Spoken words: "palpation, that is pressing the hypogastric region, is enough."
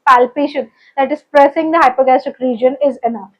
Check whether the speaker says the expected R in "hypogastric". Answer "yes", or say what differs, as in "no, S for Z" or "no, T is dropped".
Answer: no, R is dropped